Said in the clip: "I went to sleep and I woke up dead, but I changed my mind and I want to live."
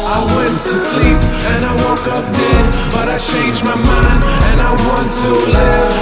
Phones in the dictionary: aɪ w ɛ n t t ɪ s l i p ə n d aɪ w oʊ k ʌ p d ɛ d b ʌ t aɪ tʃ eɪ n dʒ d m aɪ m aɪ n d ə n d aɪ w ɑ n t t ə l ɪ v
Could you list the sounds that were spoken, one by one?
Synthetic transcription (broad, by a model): aɪ w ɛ n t t ɪ s l i p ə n aɪ w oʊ k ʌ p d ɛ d b ʌ t aɪ tʃ eɪ n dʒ m aɪ m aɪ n ə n aɪ w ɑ n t t ə l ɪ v